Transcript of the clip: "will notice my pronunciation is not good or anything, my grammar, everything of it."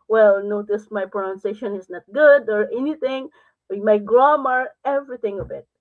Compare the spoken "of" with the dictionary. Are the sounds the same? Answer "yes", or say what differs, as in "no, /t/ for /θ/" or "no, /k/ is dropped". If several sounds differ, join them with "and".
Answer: no, /b/ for /v/